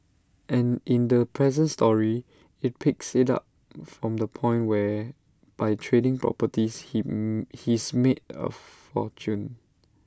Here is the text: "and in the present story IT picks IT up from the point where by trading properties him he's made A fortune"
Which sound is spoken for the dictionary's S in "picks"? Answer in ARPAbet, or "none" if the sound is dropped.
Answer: S